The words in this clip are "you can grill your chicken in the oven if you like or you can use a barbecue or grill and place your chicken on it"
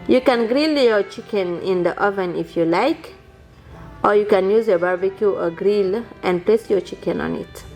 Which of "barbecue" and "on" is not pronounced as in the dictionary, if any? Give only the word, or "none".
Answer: none